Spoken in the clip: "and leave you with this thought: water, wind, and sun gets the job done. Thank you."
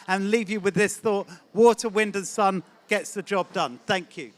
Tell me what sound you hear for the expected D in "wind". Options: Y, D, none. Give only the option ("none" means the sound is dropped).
D